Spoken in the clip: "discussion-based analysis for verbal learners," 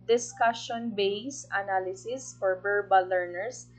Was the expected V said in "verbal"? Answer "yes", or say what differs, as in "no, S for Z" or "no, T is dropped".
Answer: no, B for V